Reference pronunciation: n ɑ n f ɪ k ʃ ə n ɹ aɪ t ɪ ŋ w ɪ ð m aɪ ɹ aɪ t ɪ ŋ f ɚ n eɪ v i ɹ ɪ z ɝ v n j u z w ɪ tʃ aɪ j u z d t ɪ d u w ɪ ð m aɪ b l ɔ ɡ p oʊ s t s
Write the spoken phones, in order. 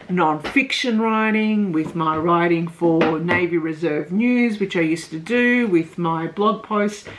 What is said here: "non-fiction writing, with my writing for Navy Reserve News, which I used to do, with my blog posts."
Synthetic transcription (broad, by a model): n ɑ n f ɪ k ʃ ə n ɹ aɪ t ɪ ŋ w ɪ ð m aɪ ɹ aɪ t ɪ ŋ f ɚ n eɪ v i ɹ ɪ z ɝ v n j u z w ɪ tʃ aɪ j u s t ɪ d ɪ w ɪ ð m aɪ b l ɔ ɡ p oʊ s t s